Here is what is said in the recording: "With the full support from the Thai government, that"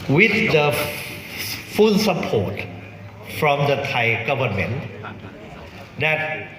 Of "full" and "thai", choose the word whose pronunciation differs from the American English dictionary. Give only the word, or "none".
full